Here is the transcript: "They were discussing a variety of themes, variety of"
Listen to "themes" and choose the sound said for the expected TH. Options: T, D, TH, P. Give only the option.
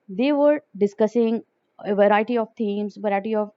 T